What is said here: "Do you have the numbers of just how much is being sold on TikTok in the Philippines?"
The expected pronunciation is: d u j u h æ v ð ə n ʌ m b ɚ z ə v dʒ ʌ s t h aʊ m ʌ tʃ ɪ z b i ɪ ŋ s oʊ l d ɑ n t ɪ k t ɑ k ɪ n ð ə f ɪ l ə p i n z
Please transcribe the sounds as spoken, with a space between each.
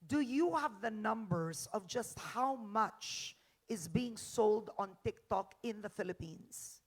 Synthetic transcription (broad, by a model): d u j u h æ v ð ə n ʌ m b ɚ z ə v dʒ ʌ s t h aʊ m ʌ tʃ ɪ z b i ɪ ŋ s oʊ l d ɑ n t ɪ k t ɑ k ɪ n ð ə f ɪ l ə p i n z